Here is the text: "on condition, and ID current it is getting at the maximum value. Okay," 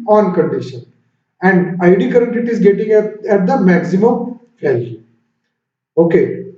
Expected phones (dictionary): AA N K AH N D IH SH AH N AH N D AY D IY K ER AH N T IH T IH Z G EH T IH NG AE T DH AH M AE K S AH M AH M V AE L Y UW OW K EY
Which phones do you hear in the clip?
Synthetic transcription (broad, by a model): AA N K AH N D IH SH AH N AH N D AY D IY K ER AH N T IH T IH Z G EH T IH NG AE T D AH M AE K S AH M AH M F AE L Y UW OW K EY